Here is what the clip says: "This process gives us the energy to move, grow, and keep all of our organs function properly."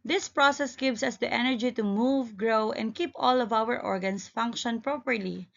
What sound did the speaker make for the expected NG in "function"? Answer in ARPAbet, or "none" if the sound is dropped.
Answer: NG